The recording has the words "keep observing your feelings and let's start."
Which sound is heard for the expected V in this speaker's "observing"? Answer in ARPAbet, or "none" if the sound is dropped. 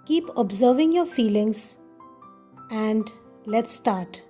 V